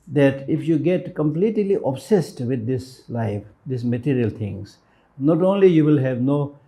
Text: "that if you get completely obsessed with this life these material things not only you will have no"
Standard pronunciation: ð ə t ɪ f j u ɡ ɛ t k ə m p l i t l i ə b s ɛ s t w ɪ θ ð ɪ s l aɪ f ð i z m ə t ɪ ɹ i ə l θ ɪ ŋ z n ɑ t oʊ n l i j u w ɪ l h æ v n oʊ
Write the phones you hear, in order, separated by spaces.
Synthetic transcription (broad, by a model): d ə t ɪ f j u ɡ ɛ t k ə m p l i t l i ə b s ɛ s t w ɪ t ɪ s l aɪ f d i s m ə t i ɹ i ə l t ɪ ŋ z n ɑ t oʊ n l i j u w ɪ l h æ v n oʊ